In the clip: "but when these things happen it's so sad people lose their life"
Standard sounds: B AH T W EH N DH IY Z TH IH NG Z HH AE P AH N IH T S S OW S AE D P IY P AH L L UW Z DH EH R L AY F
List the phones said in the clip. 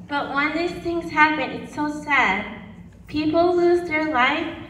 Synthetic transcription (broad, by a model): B AH T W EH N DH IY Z TH IH NG Z HH AE P AH N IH T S S OW S AE D P IY P L L UW Z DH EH R L AY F